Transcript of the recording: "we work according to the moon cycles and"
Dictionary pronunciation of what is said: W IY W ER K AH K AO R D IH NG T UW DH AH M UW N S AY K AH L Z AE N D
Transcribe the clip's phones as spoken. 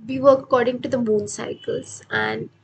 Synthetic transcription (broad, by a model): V IY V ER AH K AO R D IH NG T UW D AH M UW N S AY K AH L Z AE N D